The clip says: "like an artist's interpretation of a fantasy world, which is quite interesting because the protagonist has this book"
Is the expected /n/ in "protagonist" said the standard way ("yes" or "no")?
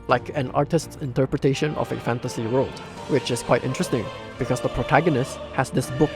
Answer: yes